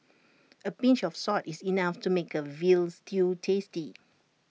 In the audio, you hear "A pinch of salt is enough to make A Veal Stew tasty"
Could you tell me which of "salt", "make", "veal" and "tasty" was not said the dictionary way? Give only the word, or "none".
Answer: salt